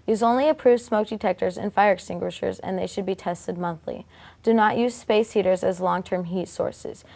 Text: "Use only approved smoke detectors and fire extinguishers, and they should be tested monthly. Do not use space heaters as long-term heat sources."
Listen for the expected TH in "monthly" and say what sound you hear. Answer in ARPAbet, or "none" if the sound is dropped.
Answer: TH